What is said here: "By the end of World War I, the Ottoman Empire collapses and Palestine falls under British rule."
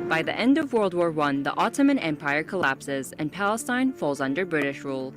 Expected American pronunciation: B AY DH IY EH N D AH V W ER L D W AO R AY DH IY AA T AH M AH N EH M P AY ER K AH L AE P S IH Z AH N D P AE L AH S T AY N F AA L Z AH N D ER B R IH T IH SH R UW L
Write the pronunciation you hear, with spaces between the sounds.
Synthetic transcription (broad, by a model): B AY DH IY EH N D AH V W ER L D W AO R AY DH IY AA T AH M AH N EH M P AY ER K AH L AE P S IH Z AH N P AE L AH S T AY N F AA L Z AH N D ER B R IH T IH SH R UW L